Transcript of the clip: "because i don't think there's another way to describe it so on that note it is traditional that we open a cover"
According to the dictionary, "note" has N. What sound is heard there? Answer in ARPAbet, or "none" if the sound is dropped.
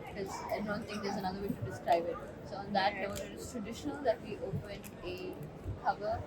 L